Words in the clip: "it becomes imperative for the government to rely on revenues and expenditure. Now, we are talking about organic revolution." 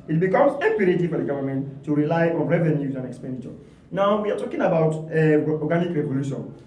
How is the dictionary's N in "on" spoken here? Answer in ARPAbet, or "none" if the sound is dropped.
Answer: N